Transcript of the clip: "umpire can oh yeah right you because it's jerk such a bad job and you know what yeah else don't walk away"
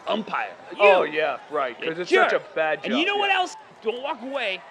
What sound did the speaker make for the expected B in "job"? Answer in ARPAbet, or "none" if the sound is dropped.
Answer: none